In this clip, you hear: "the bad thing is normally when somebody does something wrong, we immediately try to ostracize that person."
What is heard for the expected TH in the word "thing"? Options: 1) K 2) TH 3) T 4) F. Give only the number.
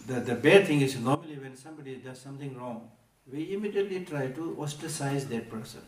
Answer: 3